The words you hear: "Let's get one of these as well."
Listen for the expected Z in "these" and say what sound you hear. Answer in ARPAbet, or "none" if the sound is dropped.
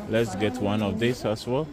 S